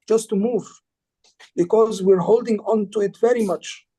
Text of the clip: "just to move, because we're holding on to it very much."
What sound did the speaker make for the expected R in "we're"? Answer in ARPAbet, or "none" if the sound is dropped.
R